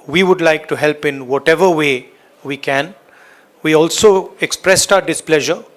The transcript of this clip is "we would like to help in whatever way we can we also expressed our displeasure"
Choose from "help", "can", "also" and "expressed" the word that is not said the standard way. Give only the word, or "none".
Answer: none